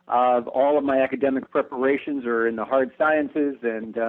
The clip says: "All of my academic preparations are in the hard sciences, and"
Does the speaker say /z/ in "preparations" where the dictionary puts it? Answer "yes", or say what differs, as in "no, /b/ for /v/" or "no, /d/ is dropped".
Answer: yes